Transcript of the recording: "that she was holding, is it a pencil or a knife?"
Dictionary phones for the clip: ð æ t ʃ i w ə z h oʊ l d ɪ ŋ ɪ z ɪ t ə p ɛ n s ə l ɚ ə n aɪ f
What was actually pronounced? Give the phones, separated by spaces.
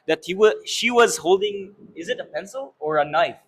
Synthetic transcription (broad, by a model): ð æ t ʃ i w ə z h oʊ l d ɪ ŋ ɪ z ɪ t ə p ɛ n s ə l ɚ ə n aɪ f